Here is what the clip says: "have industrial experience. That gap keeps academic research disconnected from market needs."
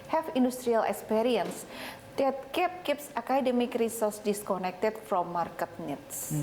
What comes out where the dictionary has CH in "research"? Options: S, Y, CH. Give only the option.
S